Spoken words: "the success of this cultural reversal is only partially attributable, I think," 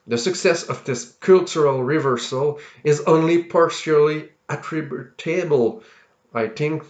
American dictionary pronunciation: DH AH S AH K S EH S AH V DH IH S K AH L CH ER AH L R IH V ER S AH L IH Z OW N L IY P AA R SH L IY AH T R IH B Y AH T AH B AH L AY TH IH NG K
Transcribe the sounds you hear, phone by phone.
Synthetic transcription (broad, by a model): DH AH S AH K S EH S AH V DH IH S K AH L CH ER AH L R IH V ER S AH L IH Z OW N L IY P AA R SH L IY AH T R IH B Y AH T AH B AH L AY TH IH NG K